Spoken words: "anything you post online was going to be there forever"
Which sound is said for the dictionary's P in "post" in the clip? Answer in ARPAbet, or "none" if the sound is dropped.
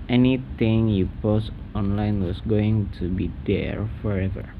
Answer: P